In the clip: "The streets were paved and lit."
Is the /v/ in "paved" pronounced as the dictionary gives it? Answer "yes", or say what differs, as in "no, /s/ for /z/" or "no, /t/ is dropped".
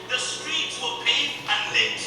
no, /v/ is dropped